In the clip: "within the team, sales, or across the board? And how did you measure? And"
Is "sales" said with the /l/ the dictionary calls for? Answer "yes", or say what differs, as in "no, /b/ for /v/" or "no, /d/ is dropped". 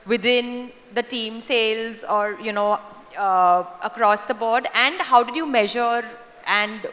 yes